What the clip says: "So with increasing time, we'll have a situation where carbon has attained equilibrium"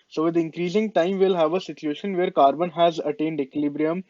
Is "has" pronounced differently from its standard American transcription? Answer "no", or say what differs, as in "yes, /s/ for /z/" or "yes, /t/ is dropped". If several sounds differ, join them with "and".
no